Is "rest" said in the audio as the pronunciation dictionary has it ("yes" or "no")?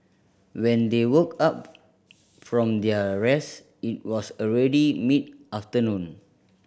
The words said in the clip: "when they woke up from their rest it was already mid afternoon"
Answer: no